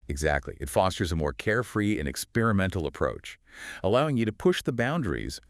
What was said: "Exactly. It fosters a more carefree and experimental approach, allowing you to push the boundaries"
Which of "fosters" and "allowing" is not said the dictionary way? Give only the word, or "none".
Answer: none